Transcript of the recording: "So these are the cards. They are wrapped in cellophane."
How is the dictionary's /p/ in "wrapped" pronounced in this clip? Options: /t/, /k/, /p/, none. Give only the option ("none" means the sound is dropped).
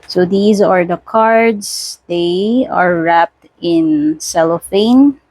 /p/